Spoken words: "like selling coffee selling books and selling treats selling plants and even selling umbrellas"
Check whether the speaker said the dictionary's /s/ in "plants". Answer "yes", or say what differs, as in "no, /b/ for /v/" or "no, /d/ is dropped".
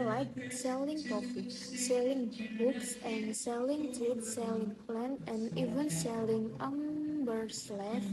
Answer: no, /s/ is dropped